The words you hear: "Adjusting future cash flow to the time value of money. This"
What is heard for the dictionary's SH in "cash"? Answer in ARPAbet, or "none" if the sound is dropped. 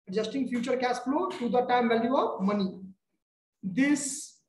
S